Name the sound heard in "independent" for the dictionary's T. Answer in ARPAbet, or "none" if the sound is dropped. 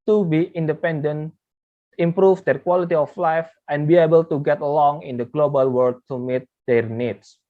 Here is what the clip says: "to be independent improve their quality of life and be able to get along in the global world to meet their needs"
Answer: none